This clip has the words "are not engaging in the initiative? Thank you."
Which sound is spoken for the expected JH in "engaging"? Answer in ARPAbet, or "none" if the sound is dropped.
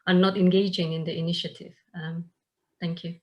JH